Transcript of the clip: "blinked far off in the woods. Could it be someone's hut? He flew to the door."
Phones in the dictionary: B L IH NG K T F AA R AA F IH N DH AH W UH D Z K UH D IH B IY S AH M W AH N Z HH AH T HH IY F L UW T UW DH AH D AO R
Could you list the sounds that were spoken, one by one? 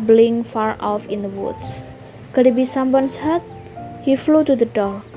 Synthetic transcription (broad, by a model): B L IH NG F AA R AA F IH N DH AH W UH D S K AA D IH B IY S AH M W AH N S HH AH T HH IY F L UW T UW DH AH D AO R